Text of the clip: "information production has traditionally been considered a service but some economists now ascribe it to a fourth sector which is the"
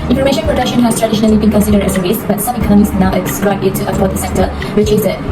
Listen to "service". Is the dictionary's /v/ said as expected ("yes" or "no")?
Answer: no